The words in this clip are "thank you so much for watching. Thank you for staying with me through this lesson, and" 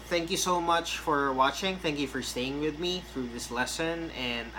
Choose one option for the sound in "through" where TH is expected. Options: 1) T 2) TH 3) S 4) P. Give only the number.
2